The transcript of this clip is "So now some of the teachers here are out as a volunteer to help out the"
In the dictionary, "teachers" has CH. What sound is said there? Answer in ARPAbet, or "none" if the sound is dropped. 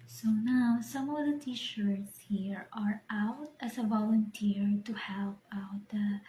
SH